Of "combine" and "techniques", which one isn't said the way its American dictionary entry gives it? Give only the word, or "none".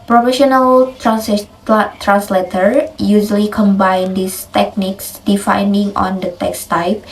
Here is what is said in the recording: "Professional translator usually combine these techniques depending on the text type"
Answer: none